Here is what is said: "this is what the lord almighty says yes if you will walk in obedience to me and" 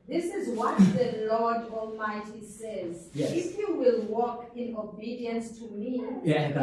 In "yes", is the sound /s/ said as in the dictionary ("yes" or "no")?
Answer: no